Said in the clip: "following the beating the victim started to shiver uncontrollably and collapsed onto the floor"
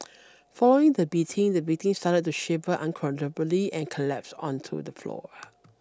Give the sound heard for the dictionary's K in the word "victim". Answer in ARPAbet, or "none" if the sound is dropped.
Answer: none